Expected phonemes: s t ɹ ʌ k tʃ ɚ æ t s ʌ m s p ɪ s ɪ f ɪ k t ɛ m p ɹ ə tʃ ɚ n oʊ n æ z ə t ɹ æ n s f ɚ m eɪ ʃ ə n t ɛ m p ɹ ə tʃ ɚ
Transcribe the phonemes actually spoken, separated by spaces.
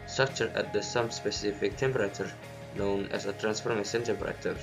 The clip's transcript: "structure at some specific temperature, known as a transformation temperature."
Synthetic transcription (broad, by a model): s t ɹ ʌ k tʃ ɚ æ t s ʌ m s p ɪ s ɪ f ɪ k t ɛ m p ɹ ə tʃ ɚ n oʊ n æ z ə t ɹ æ n s f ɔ m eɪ s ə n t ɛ m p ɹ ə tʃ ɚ